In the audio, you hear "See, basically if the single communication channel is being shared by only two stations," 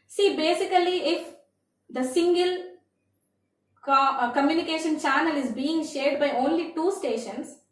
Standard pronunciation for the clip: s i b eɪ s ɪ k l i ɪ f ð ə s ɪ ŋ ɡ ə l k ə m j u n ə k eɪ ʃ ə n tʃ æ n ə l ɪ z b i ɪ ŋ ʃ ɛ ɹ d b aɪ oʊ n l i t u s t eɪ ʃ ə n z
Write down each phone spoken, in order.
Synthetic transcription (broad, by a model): s i b eɪ s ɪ k l i ɪ f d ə s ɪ ŋ ɡ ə l k ə m j u n ə k eɪ ʃ ə n tʃ æ n ə l ɪ z b i ɪ ŋ ʃ ɛ ɹ d b aɪ oʊ n l i t u s t eɪ ʃ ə n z